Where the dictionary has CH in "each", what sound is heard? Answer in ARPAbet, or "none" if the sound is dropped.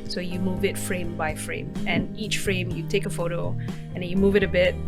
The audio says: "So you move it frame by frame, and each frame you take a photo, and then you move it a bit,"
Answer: CH